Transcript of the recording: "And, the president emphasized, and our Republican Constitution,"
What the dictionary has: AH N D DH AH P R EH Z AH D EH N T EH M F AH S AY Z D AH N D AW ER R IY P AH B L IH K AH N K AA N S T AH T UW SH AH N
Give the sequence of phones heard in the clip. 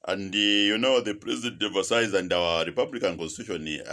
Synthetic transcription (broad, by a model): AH N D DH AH P R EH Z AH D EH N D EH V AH S AY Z AH N D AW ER R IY P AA B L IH K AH N K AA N S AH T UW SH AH N